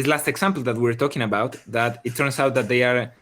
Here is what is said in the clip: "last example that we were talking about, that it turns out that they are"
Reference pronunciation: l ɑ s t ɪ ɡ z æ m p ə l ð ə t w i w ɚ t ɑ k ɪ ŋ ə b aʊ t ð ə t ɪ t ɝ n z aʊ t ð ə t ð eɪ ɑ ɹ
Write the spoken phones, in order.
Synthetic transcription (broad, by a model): l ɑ s t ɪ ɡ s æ m p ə l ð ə t w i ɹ t ɑ k ɪ ŋ ə b aʊ t ð ə t ɪ t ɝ n s aʊ t ð ə t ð eɪ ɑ ɹ